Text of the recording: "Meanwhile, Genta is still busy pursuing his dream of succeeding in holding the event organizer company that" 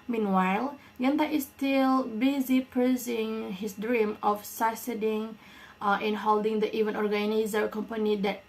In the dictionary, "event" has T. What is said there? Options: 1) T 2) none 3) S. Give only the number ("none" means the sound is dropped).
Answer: 2